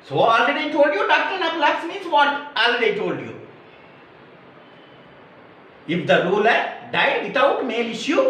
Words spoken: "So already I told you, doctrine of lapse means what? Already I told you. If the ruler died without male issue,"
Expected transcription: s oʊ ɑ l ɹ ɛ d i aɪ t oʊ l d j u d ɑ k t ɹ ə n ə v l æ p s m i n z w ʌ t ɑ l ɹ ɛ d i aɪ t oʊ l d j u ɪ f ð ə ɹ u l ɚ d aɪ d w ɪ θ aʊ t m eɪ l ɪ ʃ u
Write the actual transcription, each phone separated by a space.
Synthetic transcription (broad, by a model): s oʊ ɑ l ɹ ɛ d i t oʊ l d j u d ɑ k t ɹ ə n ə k l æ s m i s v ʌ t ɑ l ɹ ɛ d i t oʊ l d j u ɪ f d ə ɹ u l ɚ d aɪ d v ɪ t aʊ t m eɪ l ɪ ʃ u